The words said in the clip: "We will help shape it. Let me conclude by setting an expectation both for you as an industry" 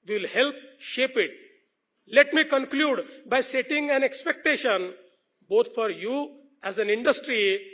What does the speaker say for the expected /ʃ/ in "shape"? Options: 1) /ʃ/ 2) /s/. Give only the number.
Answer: 1